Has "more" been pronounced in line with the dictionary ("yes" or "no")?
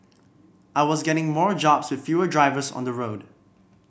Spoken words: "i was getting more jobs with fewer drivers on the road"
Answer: yes